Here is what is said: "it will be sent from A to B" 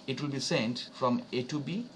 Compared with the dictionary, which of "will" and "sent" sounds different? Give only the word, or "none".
none